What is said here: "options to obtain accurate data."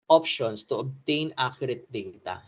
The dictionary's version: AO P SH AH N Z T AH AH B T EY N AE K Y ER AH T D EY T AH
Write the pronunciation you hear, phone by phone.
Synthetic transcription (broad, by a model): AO P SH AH N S T AH AH B T EY N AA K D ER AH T D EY T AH